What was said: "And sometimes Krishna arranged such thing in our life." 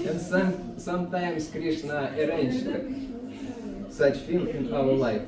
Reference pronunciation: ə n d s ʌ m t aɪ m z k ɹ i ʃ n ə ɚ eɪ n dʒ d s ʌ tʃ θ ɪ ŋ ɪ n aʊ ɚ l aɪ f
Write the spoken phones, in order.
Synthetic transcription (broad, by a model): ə n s s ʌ m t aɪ m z k ɹ i ʃ n ə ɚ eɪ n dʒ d s ʌ tʃ f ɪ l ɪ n aʊ ɚ l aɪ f